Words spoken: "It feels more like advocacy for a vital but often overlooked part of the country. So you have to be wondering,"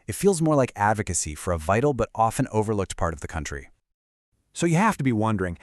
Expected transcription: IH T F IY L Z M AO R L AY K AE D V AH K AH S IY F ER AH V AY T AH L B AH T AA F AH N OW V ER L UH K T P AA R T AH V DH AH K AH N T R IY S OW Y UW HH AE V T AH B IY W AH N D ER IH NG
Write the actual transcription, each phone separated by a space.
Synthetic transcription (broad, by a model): IH T F IY L Z M AO R L AY K AE D V AH K AH S IY F ER AH V AY T L B AH T AA F AH N OW V ER L UH K T P AA R T AH V DH AH K AH N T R IY S OW Y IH HH AE F T AH B IY W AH N D ER IH NG